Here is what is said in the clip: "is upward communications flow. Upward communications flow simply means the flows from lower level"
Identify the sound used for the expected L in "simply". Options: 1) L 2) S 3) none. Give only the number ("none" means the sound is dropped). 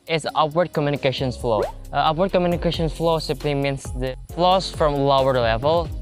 1